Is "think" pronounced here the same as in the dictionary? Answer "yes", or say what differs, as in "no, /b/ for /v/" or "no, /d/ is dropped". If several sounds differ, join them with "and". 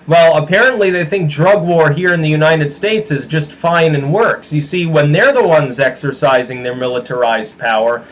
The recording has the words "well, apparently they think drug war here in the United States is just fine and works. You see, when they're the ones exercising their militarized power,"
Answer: yes